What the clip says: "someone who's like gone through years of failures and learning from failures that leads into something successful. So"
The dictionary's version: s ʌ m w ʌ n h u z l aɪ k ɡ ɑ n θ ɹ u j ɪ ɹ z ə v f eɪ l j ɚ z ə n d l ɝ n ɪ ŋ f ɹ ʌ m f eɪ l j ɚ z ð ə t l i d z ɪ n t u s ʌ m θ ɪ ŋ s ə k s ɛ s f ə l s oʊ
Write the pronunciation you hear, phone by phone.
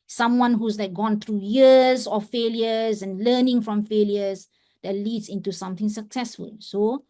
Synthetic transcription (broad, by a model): s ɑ m w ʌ n h u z n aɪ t ɡ ɑ n t ɹ u j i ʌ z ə f eɪ l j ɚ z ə n l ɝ n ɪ ŋ f ɹ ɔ m f eɪ l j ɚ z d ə t l i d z ɪ n t u s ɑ m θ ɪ ŋ s ə k s ɛ s f ə l s oʊ